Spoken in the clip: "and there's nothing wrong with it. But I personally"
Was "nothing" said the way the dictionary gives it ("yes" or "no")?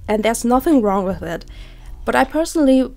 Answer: yes